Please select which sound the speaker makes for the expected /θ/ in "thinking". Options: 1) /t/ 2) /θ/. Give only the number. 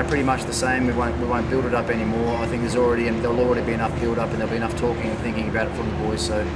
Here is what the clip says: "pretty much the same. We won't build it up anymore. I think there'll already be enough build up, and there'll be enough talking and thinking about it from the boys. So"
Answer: 2